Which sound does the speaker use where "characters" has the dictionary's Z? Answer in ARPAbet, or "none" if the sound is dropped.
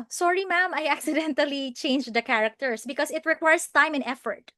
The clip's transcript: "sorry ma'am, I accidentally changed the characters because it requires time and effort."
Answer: S